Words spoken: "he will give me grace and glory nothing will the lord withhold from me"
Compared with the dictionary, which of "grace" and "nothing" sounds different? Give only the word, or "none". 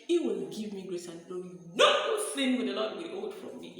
nothing